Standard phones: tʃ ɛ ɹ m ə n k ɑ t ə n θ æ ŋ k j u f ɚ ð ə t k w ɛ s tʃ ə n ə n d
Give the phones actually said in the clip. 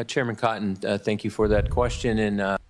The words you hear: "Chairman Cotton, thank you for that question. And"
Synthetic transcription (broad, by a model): tʃ ɛ ɹ m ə n k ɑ t n θ æ ŋ k j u f ɚ ð ə t k w ɛ s tʃ ə n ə n